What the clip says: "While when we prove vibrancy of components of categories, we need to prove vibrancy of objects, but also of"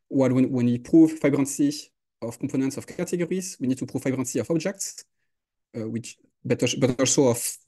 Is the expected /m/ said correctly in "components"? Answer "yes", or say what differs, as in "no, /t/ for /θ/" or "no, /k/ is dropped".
no, /m/ is dropped